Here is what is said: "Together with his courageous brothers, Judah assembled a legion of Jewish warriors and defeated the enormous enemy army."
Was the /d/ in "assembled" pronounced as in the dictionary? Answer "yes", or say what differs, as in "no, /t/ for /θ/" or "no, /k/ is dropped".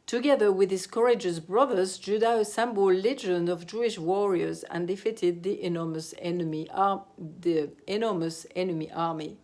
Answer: no, /d/ is dropped